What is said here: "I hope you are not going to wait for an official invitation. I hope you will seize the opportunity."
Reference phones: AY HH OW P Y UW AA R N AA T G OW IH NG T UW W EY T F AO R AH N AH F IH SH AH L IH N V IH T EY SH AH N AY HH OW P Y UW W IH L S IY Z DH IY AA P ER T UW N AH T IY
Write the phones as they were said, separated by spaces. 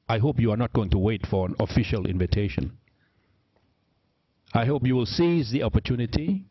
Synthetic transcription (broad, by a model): AY HH OW P Y UW AA R N AA T G OW IH NG T UW W EY T F AO R AH N AH F IH SH AH L IH N V IH T EY SH AH N AY HH OW P Y UW W IH L S IY Z DH IY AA P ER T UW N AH T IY